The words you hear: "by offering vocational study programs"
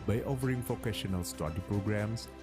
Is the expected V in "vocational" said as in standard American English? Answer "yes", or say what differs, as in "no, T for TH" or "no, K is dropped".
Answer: no, F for V